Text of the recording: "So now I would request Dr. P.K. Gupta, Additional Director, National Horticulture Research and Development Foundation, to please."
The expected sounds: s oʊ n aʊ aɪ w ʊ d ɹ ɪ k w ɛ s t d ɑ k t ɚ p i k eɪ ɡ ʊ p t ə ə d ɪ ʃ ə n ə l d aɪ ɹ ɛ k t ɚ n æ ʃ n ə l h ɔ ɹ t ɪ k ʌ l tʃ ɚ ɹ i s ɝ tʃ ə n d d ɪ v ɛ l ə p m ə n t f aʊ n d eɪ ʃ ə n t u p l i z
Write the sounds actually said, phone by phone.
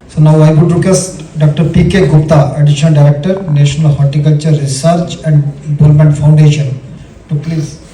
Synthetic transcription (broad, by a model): s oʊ n aʊ aɪ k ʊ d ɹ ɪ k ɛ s d ɑ k t ɚ p i k eɪ ɡ ʊ p t ə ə d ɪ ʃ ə n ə l d aɪ ɹ ɛ k t ɚ n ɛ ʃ n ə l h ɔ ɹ t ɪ k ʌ l tʃ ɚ ɹ i s ɝ tʃ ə n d d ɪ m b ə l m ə n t f aʊ n d eɪ ʃ ə n t u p l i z